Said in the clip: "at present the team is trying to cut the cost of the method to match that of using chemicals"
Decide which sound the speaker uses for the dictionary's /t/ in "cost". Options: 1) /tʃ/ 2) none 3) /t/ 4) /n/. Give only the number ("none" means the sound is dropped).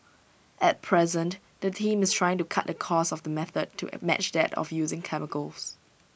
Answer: 2